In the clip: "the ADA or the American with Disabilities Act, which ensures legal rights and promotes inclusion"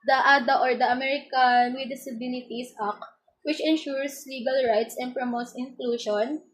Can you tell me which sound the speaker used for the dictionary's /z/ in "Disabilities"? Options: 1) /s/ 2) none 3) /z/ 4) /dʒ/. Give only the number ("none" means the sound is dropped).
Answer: 1